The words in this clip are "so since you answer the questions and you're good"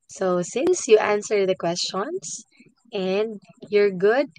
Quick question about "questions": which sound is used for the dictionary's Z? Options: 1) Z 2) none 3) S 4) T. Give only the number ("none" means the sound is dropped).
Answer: 3